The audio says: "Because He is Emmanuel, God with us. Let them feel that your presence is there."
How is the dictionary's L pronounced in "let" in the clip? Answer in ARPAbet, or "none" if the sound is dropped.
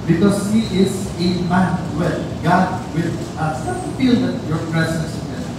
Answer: N